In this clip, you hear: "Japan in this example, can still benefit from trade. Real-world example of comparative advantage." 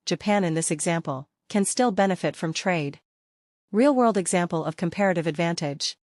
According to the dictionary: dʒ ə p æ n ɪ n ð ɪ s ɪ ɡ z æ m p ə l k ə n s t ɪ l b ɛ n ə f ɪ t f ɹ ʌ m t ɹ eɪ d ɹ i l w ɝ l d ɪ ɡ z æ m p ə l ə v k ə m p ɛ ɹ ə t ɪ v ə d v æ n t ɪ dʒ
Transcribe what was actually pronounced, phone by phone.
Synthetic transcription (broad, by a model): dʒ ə p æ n ɪ n ð ɪ s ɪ ɡ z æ m p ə l k ə n s t ɪ l b ɛ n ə f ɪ t f ɹ ʌ m t ɹ eɪ d ɹ i l w ɝ l d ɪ ɡ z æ m p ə l ə v k ə m p ɛ ɹ ə t ɪ v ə d v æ n t ɪ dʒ